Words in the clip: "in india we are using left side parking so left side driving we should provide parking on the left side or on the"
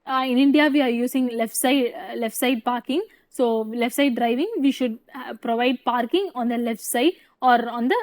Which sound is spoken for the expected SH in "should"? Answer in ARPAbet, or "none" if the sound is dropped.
SH